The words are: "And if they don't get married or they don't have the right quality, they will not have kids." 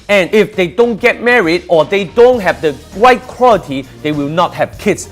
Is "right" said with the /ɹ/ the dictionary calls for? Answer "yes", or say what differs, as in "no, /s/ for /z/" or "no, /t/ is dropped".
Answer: no, /w/ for /ɹ/